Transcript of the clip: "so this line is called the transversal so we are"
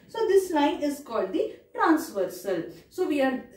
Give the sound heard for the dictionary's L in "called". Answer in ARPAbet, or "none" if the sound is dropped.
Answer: L